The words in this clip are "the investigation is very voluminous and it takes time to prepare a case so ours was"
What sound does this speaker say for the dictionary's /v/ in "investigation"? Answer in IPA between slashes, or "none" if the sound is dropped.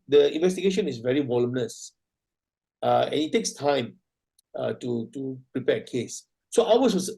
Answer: /v/